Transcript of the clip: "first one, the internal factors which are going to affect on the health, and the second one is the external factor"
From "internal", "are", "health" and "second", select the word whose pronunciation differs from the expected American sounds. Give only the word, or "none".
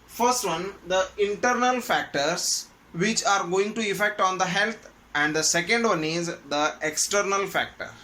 health